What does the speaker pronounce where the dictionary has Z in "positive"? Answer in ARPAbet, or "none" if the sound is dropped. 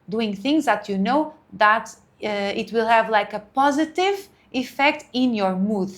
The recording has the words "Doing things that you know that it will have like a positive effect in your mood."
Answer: Z